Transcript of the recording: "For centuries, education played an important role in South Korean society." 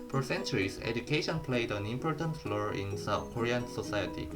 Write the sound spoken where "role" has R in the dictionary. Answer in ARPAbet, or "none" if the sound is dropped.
L